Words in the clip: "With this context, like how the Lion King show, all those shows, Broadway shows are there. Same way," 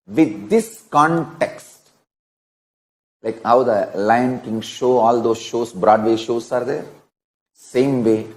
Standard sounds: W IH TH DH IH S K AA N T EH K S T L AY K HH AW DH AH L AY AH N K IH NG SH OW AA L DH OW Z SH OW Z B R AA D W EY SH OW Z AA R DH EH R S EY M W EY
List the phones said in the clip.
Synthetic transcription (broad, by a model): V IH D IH S K AA N T EH K S T L AY K HH AW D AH L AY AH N K IH NG SH OW AA L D OW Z SH OW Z B R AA D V EY SH OW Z AA R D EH R S EY M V EY